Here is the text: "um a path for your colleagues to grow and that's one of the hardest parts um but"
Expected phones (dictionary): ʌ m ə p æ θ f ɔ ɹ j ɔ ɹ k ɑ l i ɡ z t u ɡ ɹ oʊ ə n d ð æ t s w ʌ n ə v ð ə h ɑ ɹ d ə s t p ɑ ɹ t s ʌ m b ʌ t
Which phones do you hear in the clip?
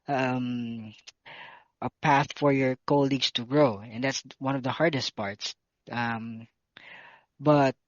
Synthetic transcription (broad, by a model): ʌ m ə p æ θ f ɔ ɹ j ɔ ɹ k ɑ l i ɡ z t u ɡ ɹ oʊ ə n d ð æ t s w ʌ n ə v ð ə h ɑ ɹ d ə s t p ɑ ɹ t s ʌ m b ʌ t